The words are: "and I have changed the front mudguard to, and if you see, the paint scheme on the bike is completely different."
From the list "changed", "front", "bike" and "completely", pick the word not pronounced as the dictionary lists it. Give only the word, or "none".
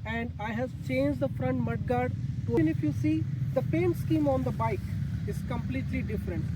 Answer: none